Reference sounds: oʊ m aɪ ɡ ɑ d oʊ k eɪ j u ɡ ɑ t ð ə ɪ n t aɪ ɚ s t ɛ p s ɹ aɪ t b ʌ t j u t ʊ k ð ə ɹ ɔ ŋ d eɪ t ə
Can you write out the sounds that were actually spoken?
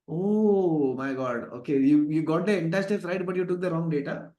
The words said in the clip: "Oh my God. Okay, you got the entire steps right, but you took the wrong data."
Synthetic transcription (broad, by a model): oʊ m aɪ ɡ ɑ d oʊ k eɪ j u ɡ ɑ t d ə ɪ n t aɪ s t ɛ s ɹ aɪ t b ʌ t j u t ʊ k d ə ɹ ɔ ŋ d eɪ t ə